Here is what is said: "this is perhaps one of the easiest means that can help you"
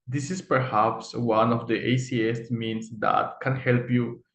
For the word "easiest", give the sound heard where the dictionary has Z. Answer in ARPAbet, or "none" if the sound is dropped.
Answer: S